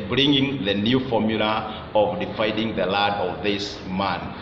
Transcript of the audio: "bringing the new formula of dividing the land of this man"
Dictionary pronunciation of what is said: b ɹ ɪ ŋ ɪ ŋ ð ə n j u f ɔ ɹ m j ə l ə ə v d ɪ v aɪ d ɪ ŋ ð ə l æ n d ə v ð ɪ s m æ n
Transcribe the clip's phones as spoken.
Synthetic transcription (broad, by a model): b ɹ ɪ ŋ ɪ ŋ ð ə n j u f ɔ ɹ m j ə l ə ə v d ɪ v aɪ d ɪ ŋ ð ə l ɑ d ə v ð ɪ s m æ n